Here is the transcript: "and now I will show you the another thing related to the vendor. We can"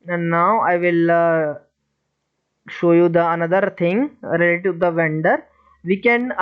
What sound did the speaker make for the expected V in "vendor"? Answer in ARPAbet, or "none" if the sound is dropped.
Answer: V